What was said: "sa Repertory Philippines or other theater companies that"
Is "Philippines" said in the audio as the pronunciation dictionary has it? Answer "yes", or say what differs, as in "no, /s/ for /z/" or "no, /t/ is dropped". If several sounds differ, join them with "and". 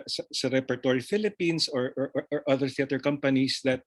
no, /s/ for /z/